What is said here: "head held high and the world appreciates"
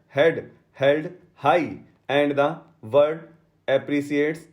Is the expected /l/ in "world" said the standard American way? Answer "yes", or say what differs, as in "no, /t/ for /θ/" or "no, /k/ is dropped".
no, /l/ is dropped